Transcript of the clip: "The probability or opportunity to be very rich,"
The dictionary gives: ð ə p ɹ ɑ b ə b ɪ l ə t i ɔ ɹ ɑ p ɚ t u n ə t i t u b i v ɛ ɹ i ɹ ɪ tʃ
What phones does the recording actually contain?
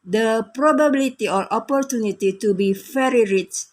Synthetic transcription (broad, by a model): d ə p ɹ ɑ b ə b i l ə t i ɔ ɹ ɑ p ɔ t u n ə t i t u b i f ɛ ɹ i ɹ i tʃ